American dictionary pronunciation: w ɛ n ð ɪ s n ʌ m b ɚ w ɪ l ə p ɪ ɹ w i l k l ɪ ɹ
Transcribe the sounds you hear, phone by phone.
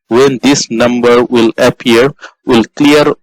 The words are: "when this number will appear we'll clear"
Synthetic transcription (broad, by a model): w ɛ n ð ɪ s n ʌ m b ɚ w ɪ l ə p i ɹ w i l k l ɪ ɹ